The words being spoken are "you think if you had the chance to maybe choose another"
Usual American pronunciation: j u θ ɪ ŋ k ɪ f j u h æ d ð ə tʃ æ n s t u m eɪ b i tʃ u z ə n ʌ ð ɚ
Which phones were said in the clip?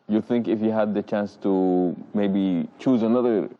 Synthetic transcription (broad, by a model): j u θ ɪ ŋ k ɪ f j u h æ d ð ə tʃ æ n s t u m eɪ b i tʃ u z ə n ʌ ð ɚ